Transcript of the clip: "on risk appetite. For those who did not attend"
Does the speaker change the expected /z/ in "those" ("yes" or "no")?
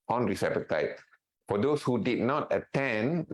yes